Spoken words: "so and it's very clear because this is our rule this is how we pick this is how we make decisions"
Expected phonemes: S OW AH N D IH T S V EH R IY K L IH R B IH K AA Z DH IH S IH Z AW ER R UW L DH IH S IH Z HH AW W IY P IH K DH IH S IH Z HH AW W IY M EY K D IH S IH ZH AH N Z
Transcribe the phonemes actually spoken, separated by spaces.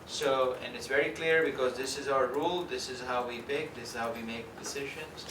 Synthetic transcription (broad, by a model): S OW AH N D IH T S V EH R IY K L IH R B IH K AA Z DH IH S IH Z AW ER R UW L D IH S IH Z HH AW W IY P IH K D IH S IH Z HH AW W IY M EY K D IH S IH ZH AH N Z